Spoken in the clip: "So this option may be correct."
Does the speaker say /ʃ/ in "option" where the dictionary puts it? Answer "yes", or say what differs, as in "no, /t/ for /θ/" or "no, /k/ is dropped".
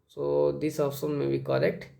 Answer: no, /s/ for /ʃ/